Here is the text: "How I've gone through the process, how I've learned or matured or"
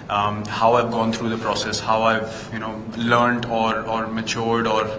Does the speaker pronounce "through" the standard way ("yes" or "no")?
no